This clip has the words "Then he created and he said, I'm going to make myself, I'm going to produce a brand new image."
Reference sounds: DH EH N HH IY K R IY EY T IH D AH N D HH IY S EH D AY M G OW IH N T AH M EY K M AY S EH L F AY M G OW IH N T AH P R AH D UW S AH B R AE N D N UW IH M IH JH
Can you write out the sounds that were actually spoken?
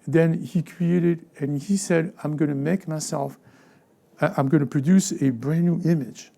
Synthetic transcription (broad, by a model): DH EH N HH IY K R IY EY T IH D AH N HH IY S EH D AY M G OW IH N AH M EY K M AY S EH L F AY M G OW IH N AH P R AH D UW S AH B R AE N N UW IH M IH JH